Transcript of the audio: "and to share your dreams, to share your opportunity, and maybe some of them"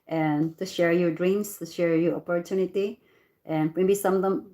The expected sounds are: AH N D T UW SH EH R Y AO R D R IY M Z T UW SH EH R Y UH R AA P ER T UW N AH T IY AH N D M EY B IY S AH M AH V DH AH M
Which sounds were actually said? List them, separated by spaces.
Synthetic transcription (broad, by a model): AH N T UW SH EH R Y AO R D R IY M S T UW SH EH R Y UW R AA P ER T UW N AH T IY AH N M EY B IY S AH M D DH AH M